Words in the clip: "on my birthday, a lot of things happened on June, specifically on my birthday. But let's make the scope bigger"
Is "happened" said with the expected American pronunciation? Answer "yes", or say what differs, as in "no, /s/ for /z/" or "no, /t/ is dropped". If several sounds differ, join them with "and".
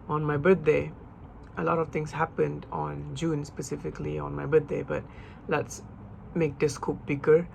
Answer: yes